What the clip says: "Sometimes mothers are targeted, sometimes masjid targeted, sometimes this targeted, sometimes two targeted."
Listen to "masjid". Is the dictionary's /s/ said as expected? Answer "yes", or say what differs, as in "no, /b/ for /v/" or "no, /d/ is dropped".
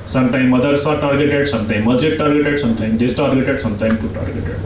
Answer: no, /s/ is dropped